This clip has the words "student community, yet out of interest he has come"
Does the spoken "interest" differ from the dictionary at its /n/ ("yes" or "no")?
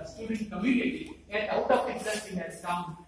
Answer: yes